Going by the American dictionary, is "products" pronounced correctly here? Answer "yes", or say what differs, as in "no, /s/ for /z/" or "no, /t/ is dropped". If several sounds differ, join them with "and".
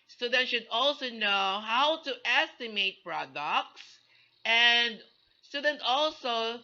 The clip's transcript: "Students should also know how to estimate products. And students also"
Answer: yes